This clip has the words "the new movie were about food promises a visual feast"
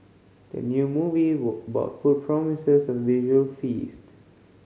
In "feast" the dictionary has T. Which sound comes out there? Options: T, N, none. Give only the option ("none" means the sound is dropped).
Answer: T